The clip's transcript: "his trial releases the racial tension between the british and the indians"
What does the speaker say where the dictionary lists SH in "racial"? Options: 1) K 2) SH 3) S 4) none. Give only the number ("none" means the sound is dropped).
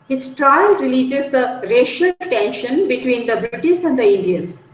2